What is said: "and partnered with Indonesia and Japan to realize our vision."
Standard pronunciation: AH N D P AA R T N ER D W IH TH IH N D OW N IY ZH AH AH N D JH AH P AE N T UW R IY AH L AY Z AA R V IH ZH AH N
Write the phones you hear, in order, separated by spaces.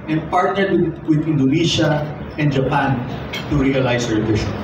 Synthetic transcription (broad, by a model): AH N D P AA R T N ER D W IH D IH N D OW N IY SH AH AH N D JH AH P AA N T UW R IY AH L AY S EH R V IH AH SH